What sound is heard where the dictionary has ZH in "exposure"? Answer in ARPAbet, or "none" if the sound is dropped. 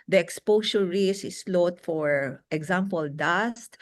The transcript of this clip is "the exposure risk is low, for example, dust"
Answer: S